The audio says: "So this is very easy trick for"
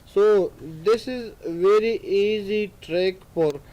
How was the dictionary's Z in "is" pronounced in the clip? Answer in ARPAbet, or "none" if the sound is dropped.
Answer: Z